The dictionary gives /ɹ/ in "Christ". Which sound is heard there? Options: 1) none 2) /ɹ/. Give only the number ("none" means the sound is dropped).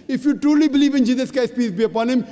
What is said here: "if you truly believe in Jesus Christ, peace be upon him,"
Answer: 1